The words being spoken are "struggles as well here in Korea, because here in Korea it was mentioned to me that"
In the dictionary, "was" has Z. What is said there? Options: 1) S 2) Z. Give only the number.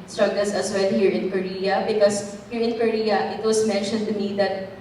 1